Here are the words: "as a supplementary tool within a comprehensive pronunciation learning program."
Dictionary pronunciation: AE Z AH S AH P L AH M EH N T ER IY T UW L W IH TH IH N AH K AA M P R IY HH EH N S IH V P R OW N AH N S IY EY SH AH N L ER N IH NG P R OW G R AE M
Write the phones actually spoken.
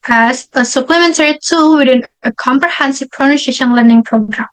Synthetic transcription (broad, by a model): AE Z AH S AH P L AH M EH N T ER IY T UW L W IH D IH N AH K AA M P R IY HH EH N S IH V P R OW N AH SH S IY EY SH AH N L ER N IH NG P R OW G R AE M